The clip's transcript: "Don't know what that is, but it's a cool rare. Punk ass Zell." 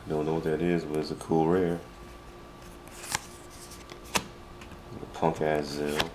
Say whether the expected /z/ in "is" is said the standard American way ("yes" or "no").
yes